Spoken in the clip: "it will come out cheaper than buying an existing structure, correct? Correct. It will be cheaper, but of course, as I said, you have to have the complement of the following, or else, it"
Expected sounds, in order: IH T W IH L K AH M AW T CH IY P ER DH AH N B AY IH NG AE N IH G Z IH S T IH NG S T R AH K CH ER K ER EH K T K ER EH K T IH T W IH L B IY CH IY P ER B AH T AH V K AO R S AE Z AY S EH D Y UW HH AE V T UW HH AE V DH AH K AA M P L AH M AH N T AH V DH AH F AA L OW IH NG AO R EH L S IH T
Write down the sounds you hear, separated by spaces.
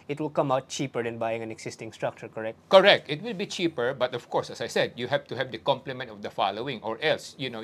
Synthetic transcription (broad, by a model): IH T W IH L K AH M AW T CH IY P ER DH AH N B AY IH NG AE N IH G S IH S T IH NG S T R AH K CH ER K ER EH K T K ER EH K T IH T W IH L B IY CH IY P ER B AH T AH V K AO R S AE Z AY S EH D Y UW HH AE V T UW HH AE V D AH K AA M P L AH M AH N T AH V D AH F AA L OW IH NG AO R EH L S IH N